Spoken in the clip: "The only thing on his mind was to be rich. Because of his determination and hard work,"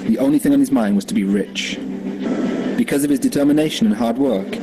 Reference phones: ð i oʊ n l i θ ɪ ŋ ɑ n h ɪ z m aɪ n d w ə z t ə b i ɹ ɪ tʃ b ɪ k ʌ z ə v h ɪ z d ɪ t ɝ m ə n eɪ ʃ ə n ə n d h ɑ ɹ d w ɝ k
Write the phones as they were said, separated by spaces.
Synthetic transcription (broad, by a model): ð i oʊ n l i θ ɪ ŋ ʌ n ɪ z m aɪ n d w ə z t ə b i ɹ ɪ tʃ b ɪ k ʌ z ə v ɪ z d ɪ t ɝ m ə n eɪ ʃ ə n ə n h ɑ ɹ d w ɝ k